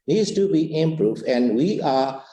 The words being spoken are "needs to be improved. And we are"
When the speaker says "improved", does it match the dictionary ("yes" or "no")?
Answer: no